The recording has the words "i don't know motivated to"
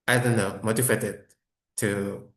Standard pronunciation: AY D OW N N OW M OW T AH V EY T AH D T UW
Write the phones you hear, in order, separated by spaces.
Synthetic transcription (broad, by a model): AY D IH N N OW M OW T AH F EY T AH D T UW